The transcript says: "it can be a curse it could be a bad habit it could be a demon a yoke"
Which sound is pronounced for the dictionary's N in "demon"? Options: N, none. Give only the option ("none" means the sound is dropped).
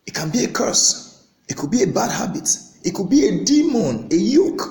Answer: N